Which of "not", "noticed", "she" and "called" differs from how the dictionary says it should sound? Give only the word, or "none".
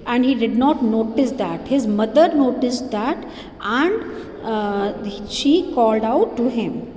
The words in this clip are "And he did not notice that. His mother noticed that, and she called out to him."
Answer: none